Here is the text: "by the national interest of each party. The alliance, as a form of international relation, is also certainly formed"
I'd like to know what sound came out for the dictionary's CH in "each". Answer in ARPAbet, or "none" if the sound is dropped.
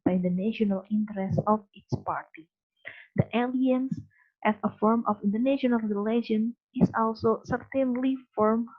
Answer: S